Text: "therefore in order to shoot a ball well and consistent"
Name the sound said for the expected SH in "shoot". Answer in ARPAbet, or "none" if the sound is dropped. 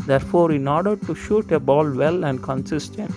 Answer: SH